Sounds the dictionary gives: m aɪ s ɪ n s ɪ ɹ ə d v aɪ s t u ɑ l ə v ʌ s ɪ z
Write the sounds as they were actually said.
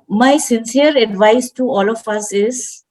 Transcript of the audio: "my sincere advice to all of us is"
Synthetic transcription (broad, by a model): m aɪ s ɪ n s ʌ ɹ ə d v aɪ s t u ɑ l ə f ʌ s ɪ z